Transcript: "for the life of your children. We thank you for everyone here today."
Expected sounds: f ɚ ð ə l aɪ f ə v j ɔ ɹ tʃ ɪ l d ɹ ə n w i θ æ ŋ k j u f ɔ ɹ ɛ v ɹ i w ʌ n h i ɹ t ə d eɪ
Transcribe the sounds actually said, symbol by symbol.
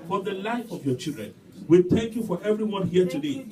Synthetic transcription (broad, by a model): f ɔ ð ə l aɪ f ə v j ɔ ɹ tʃ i l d ɹ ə n w i θ æ ŋ k j u f ɔ ɹ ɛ v ɹ i w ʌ n h i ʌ t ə d eɪ